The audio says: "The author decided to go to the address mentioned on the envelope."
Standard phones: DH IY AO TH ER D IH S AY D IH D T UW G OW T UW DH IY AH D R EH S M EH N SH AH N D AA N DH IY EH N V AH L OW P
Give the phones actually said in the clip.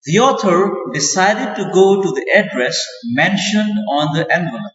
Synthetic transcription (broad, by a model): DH IY AO T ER D IH S AY D IH D T UW G OW T UW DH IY AH D R EH S M EH N SH AH N D AA N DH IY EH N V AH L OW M